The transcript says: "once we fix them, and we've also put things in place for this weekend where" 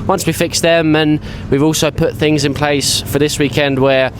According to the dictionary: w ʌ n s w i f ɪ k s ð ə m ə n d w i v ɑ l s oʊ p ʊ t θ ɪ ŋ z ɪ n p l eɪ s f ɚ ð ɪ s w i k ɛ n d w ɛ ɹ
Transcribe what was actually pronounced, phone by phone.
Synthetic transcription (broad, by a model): w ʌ n s w i f ɪ k s ð ə m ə n w i v ɑ l s oʊ p ʊ t θ ɪ ŋ z ɪ n p l eɪ s f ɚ ð ɪ s w i k ɛ n d w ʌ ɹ